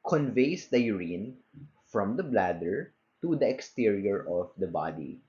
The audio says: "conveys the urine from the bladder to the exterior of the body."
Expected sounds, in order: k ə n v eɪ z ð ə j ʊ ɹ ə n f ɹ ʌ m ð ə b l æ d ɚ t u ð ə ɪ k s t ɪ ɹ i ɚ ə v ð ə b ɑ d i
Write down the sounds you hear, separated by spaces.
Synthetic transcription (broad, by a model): k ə n v eɪ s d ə j ʊ ɹ ə n f ɹ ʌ m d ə b l æ d ɚ t u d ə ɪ k s t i ɹ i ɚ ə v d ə b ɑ d i